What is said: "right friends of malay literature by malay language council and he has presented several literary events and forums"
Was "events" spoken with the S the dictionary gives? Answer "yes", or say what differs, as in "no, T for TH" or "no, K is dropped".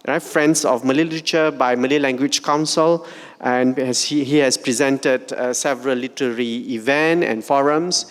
no, S is dropped